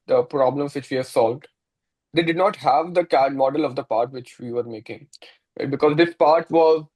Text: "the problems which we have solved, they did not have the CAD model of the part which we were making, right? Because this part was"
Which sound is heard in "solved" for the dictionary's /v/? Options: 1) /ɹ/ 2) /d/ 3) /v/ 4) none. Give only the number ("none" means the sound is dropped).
3